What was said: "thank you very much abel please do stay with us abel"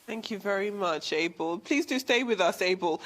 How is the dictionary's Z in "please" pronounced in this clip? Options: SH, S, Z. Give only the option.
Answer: Z